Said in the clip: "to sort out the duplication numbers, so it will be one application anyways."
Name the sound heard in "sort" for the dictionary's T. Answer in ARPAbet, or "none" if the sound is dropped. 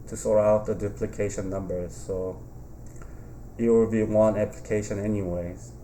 none